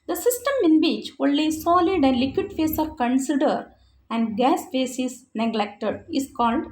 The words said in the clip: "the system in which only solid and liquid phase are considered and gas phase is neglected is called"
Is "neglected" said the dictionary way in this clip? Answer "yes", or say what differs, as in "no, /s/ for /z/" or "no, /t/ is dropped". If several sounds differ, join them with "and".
yes